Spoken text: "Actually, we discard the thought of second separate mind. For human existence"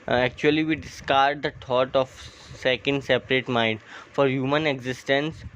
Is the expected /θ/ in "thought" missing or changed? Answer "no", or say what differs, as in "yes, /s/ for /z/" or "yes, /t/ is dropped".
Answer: yes, /t/ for /θ/